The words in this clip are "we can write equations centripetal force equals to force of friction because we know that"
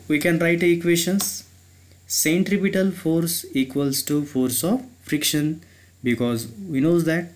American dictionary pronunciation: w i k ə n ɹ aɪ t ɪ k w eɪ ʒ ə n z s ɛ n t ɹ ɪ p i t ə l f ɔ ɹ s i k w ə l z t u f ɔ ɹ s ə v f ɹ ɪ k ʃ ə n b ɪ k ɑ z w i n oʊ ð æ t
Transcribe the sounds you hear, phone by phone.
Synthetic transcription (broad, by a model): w i k ə n ɹ aɪ t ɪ k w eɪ ʃ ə n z s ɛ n t ɹ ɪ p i t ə l f ɔ ɹ s i k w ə l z t u f ɔ ɹ s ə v f ɹ ɪ k ʃ ə n b ɪ k ɑ z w i n oʊ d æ t